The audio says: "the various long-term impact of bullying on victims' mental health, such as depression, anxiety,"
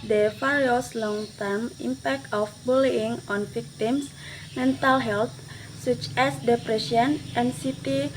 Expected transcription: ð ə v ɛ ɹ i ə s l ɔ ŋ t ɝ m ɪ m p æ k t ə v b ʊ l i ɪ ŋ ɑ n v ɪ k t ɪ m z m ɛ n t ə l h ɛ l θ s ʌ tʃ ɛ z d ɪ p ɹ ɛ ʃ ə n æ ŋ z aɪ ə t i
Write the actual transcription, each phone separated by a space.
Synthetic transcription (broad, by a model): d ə f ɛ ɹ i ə s l ɔ ŋ t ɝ m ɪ m p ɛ k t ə f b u l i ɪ ŋ ɑ n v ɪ k t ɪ m s m ɛ n t ə l h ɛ l t s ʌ tʃ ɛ s d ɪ p ɹ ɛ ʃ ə n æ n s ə t i